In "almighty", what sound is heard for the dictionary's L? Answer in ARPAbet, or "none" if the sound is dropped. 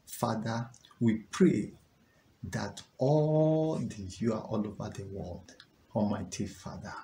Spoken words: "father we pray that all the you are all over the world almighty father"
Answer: none